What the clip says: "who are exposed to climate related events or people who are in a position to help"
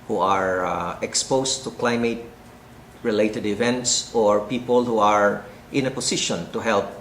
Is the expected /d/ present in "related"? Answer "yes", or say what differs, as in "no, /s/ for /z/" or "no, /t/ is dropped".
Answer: yes